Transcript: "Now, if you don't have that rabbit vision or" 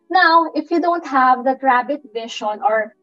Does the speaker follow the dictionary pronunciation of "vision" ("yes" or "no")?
no